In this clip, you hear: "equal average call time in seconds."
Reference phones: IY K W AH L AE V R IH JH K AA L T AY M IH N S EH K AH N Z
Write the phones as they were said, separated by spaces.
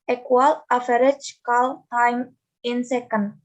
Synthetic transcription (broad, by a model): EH K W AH L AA F R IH CH K AA L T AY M IH N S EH K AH N